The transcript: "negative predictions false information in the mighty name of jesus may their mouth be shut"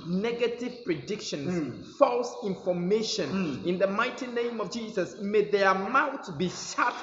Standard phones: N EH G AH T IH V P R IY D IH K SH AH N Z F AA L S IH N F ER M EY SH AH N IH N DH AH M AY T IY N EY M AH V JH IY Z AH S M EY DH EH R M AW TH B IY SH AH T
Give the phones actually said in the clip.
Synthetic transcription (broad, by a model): N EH G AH T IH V P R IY D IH K SH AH N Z F AA L S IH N F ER M EY SH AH N IH N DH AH M AY T IY N EY M AH V JH IY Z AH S M EY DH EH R M AW T B IY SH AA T